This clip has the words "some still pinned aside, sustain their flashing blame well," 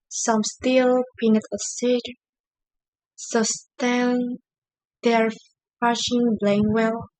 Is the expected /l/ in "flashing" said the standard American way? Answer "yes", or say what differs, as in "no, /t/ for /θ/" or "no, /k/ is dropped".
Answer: no, /l/ is dropped